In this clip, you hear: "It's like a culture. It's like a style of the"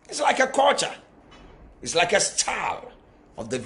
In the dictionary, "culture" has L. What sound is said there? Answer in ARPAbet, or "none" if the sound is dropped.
none